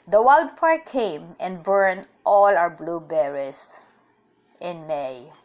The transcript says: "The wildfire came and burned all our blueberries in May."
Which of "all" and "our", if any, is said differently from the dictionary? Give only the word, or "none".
our